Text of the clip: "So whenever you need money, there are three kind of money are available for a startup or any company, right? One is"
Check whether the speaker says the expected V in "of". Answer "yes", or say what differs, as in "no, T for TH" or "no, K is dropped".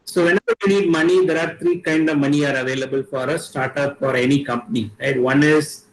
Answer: yes